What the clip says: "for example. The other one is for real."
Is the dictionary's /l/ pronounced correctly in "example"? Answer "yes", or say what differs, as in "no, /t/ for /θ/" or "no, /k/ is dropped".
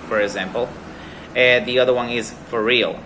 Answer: no, /n/ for /l/